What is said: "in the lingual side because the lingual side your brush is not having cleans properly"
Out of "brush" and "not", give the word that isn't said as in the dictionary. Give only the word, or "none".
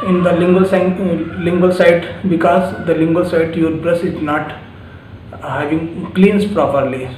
brush